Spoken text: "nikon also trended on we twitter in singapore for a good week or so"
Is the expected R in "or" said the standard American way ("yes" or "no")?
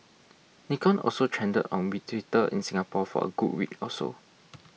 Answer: no